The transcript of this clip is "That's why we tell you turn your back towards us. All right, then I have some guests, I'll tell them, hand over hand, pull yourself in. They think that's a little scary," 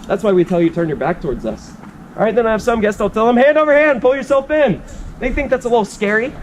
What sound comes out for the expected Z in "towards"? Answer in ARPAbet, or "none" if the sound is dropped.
Z